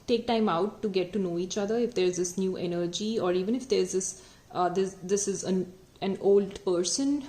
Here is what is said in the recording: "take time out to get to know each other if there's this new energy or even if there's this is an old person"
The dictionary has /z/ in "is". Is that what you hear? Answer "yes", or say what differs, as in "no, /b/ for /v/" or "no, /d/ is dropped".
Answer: yes